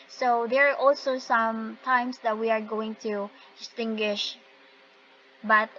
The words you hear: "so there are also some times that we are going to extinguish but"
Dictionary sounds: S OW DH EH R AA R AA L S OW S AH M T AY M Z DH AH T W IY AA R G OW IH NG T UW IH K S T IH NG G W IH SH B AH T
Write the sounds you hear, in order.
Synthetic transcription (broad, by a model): S OW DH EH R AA R AA L S OW S AH M T AY M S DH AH T W IY AA R G OW IH NG T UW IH S T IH NG G W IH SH B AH T